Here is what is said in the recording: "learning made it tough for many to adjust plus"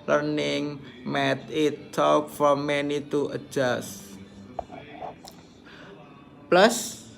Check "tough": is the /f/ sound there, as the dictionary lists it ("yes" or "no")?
no